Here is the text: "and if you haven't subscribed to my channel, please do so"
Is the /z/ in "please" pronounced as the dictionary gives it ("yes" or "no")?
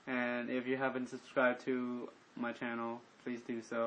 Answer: yes